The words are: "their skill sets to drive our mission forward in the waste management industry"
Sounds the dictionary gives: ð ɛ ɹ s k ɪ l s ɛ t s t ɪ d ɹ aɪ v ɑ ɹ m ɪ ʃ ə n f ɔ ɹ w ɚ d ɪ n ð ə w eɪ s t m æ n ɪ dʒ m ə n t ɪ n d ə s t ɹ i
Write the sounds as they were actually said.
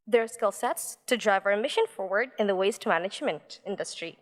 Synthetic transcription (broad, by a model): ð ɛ ɹ s k ɪ l s ɛ t s t ɪ d ɹ aɪ v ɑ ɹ m ɪ ʃ ə n f ɔ ɹ w ɚ d ɪ n ð ə w eɪ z t m æ n ɪ dʒ m ə n t ɪ n d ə s t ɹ i